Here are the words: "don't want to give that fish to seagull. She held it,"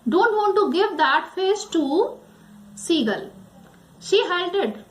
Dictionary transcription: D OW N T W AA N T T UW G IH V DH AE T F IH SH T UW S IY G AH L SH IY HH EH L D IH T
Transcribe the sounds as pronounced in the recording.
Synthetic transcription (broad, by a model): D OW N T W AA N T T UW G IH V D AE T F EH S T UW S IY G AH L SH IY HH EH L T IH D